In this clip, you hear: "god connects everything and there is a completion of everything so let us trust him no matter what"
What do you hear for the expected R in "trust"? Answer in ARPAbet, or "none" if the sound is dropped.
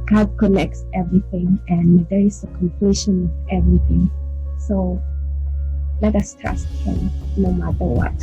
none